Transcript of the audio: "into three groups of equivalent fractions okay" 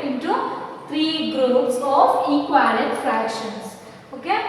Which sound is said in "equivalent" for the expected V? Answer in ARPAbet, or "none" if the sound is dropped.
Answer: none